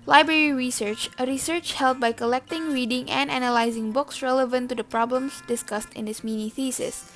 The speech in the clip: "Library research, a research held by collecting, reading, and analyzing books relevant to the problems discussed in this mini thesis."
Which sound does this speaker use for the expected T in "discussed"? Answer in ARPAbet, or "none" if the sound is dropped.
T